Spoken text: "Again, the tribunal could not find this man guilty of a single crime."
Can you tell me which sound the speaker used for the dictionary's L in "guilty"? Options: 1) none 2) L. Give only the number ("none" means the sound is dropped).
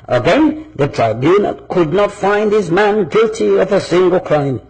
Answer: 2